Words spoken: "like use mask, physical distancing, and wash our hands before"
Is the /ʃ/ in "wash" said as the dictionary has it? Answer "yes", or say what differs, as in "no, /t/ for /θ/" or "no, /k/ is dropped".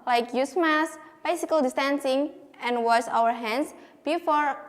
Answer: no, /s/ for /ʃ/